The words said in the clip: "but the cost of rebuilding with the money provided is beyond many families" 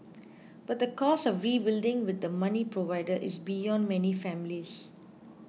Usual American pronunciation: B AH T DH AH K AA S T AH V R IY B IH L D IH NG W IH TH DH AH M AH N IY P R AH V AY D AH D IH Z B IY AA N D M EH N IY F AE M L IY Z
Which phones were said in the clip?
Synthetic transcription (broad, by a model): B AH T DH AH K AA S AH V R IY B IH L D IH NG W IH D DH AH M AH N IY P R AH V AY D AH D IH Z B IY AA N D M EH N IY F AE M L IY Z